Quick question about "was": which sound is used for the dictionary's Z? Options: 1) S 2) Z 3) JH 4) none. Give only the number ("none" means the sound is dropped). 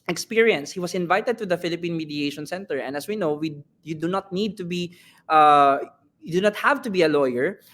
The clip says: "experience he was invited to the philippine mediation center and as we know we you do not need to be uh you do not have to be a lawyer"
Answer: 1